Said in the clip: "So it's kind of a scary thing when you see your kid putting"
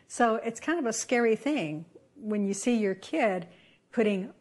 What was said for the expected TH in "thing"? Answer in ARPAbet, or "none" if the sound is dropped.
TH